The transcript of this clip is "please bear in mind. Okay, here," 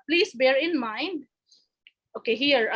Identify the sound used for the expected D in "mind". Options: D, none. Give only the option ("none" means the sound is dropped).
D